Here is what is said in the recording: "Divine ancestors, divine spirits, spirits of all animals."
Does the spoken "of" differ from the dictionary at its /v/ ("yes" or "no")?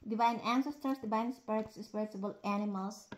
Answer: yes